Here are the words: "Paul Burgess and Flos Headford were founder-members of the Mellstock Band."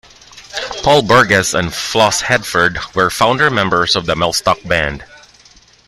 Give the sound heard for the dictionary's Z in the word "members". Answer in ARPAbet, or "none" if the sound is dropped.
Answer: S